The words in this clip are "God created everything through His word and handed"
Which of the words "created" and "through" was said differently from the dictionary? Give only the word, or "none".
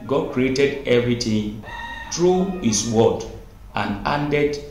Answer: through